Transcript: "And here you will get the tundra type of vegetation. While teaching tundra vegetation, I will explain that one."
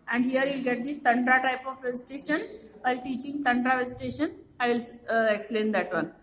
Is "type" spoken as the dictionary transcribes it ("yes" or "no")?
yes